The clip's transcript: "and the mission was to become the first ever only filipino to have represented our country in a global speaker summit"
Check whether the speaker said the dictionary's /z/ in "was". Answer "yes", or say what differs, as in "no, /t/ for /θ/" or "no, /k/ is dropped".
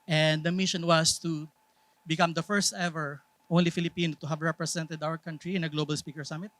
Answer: no, /s/ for /z/